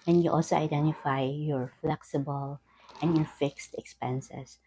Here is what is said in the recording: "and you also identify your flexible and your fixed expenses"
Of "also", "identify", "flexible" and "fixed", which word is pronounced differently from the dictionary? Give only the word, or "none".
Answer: none